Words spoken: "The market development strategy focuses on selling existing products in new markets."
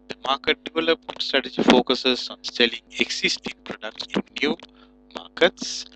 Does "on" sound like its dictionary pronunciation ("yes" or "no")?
yes